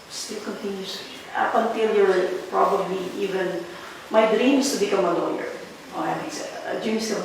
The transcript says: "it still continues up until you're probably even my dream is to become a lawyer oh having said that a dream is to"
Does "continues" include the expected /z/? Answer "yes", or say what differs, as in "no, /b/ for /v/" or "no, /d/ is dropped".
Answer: no, /s/ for /z/